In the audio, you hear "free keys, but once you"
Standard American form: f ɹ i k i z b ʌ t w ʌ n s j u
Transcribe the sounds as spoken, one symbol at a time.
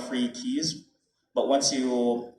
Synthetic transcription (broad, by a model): f ɹ i k i z b ʌ t w ʌ n s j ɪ